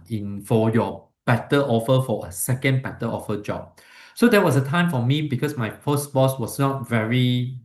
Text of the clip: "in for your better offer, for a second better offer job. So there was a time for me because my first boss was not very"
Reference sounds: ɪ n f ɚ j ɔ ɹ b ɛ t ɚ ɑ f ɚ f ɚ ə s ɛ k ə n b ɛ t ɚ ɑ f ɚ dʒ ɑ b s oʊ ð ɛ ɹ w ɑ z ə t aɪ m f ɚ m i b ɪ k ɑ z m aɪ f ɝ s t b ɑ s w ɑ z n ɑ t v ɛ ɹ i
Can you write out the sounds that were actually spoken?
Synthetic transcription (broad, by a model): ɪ n f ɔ j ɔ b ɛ t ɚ ɑ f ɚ f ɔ ə s ɛ k ə n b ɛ t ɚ ɑ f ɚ dʒ ɑ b s oʊ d ɛ w ɑ s ə t aɪ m f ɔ m i b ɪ k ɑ s m aɪ p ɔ s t b ɑ s w ɑ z n ɑ t v ɛ ɹ i